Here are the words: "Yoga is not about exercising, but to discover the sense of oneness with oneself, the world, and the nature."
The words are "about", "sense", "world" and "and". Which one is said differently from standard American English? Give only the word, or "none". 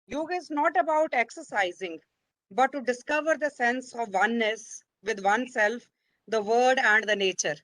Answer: world